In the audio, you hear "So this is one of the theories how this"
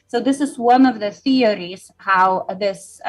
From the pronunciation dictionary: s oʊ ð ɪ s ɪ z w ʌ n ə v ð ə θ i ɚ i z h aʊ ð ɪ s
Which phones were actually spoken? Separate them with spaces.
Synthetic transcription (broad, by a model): s oʊ ð ɪ s ɪ z w ʌ n ə v ð ə θ i ɚ i z h aʊ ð ɪ s